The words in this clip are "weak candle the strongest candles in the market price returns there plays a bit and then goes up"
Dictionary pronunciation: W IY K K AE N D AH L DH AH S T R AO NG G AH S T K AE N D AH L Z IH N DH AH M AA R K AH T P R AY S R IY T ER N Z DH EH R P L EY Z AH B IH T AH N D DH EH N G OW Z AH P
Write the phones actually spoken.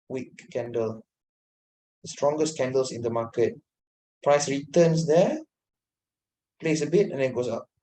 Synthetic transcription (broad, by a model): W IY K K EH N D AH L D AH S T R AO NG G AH S K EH N D AH L S IH N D AH M AA K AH T P R AY S R IY T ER N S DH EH P L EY S AH B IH T AH N D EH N G OW S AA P